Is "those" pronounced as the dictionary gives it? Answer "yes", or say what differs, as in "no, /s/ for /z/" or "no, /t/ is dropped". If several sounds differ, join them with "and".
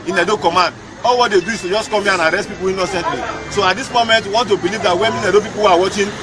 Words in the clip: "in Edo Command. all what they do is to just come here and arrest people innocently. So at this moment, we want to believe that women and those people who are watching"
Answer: no, /z/ is dropped